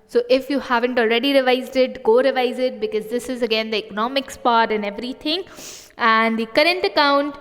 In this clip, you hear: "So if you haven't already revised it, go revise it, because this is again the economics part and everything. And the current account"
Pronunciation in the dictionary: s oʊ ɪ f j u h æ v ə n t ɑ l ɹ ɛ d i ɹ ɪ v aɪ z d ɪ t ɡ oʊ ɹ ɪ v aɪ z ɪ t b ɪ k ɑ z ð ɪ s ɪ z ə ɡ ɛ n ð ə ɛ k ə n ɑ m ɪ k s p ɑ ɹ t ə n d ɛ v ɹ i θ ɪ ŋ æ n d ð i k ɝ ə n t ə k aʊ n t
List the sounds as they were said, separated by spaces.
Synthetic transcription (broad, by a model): s oʊ ɪ f j u h æ v ə n t ɑ l ɹ ɛ d i ɹ ɪ v aɪ z d ɪ t ɡ oʊ ɹ ɪ v aɪ z ɪ t b ɪ k ɑ z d ɪ s ɪ z ə ɡ ɛ n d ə ɛ k ə n ɑ m ɪ k s p ɑ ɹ t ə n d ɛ v ɹ i t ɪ ŋ æ n d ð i k ɝ ə n t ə k aʊ n t